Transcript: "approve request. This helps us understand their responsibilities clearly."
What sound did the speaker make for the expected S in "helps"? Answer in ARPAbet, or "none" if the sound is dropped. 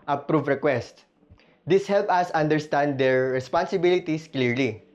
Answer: none